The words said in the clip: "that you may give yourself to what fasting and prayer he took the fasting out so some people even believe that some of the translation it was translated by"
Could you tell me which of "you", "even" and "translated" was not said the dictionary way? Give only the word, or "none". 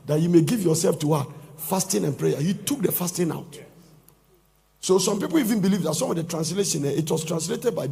none